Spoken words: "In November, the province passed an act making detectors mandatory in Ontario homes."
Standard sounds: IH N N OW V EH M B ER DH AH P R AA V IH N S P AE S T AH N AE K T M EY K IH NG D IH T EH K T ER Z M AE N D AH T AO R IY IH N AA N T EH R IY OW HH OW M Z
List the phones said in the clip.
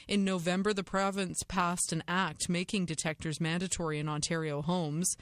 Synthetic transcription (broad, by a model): IH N N OW V EH M B ER DH AH P R AA V IH N S P AE S T AH N AE K T M EY K IH NG D IH T EH K T ER Z M AE N D AH T AO R IY IH N AA N T EH R IY OW HH OW M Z